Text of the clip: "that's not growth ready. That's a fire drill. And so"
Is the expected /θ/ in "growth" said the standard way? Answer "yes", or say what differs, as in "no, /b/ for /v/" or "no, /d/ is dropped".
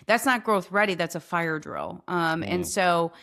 yes